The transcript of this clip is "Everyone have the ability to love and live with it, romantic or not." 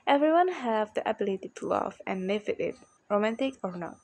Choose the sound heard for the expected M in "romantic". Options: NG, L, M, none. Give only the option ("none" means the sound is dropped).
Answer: M